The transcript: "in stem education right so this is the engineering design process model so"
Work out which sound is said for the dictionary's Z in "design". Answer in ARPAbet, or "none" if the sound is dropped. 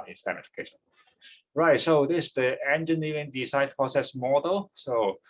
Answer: S